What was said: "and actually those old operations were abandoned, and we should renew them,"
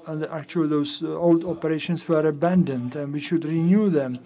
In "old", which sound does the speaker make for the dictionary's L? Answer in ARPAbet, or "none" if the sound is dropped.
L